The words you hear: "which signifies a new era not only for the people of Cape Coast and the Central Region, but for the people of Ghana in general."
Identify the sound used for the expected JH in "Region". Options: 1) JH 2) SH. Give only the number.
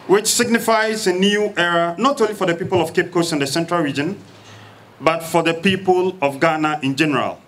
1